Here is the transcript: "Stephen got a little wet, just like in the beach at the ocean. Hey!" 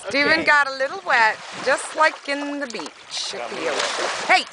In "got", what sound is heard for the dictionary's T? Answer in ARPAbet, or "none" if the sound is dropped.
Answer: T